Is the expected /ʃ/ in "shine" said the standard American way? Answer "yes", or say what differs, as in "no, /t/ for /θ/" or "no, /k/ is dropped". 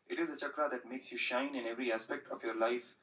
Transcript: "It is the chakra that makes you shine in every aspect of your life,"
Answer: yes